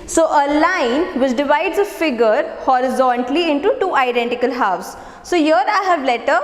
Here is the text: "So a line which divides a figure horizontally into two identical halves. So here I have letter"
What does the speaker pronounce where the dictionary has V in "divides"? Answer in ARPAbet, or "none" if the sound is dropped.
V